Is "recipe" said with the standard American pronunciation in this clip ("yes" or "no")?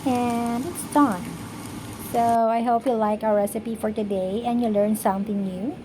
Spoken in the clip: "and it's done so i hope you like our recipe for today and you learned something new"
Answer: yes